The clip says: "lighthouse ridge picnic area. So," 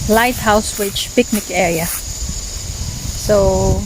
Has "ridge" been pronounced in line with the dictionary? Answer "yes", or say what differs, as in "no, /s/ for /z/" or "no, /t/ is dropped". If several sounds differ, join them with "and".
no, /w/ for /ɹ/